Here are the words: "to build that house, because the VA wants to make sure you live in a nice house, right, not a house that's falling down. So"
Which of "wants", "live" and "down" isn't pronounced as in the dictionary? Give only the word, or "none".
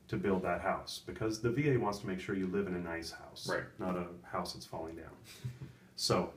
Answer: none